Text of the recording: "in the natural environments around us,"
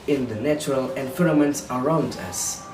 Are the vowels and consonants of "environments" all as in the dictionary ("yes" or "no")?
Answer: no